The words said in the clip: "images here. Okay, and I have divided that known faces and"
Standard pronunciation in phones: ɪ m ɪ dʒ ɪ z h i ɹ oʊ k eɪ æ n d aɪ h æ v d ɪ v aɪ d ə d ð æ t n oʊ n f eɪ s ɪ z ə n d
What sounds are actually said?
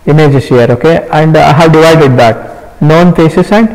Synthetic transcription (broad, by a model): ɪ m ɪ dʒ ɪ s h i ɹ oʊ k eɪ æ n d aɪ h æ v d ɪ v aɪ d ə d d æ t n oʊ n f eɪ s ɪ s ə n d